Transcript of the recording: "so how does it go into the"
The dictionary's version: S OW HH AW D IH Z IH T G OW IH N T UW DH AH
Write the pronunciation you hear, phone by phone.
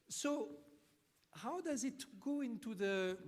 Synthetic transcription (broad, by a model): S OW HH AW D IH Z IH T G OW IH N T UW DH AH